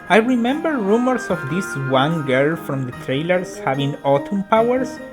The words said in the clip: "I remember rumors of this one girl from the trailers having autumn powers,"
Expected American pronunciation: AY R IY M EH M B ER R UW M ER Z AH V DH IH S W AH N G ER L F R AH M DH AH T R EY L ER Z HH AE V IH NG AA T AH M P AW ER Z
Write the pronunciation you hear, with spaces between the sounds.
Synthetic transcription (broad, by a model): AY R IY M EH M B ER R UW M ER S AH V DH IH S W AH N G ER L F R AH M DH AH T R EY L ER S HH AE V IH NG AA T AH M P AW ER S